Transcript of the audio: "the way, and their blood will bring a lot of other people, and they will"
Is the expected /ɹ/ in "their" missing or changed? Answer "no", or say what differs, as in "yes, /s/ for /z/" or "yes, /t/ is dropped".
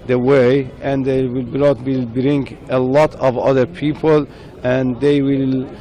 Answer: yes, /l/ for /ɹ/